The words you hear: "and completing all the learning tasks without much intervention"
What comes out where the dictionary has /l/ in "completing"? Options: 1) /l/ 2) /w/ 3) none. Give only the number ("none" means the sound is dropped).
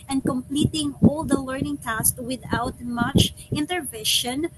1